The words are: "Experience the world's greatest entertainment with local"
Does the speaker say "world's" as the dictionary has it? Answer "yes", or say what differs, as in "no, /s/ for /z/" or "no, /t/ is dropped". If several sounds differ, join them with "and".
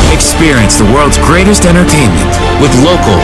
yes